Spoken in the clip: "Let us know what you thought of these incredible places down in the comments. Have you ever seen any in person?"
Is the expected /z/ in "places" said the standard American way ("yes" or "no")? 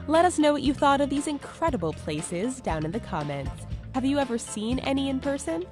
yes